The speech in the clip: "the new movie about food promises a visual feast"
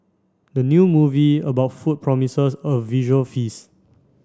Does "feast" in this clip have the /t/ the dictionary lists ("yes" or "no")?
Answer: no